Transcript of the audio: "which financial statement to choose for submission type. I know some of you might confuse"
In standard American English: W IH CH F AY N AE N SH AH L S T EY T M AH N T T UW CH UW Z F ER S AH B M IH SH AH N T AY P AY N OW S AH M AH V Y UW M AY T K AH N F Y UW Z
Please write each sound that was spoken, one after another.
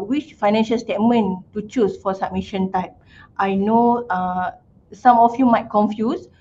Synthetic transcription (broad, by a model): W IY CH F AY N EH N SH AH L S T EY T M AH N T T UW CH UW S F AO S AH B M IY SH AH N T AY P AY N OW S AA M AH F Y UW M AY T K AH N F Y UW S